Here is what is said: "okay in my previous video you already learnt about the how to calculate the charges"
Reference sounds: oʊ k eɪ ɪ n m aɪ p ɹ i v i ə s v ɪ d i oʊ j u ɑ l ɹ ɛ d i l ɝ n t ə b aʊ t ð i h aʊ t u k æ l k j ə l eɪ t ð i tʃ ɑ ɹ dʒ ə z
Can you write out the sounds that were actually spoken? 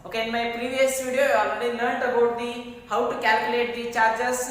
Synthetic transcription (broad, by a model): oʊ k eɪ ɪ n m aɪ p ɹ i v i ə s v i d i j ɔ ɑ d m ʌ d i n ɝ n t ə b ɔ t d i h aʊ t u k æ l k j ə l eɪ t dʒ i tʃ ɑ ɹ dʒ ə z